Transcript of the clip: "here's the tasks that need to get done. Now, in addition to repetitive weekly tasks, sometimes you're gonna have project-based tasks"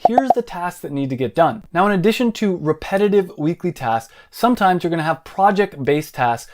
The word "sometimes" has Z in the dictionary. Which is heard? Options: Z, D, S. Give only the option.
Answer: Z